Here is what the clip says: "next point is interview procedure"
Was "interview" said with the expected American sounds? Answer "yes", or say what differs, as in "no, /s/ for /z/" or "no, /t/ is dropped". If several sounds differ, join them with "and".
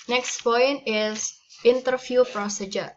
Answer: no, /f/ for /v/